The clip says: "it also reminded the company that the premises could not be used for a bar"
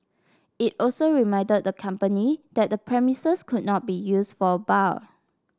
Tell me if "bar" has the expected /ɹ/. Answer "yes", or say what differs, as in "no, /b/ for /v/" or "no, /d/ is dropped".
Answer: no, /l/ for /ɹ/